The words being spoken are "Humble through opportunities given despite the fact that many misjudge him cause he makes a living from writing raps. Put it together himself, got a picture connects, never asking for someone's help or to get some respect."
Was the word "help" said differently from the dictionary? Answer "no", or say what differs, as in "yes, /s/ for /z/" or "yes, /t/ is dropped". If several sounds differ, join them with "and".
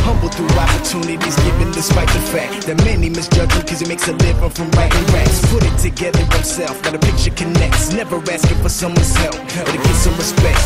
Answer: yes, /f/ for /p/